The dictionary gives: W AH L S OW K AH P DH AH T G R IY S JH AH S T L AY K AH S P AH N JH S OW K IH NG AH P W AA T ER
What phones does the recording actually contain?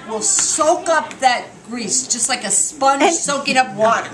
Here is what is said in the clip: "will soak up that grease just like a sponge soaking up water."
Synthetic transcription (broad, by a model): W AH L S OW K AH P DH AH T G R IY S JH AH S T L AY K AH S P AH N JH S OW K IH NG AH P W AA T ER